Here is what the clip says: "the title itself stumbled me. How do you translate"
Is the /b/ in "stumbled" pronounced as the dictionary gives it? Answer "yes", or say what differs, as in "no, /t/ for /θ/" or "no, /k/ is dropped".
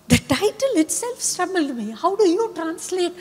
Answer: no, /b/ is dropped